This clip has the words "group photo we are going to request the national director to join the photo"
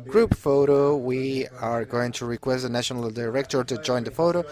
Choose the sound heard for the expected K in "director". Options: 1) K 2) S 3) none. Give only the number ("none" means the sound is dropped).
1